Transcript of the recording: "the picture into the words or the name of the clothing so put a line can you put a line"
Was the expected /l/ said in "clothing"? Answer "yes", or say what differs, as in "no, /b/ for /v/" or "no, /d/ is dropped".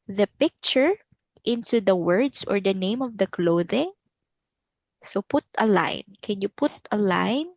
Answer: yes